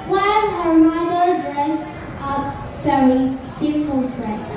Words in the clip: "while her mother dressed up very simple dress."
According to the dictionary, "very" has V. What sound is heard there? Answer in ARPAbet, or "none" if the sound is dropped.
F